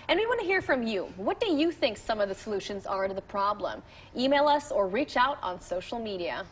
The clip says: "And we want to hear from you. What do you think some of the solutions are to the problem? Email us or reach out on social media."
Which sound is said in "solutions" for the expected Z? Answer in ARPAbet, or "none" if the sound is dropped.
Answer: Z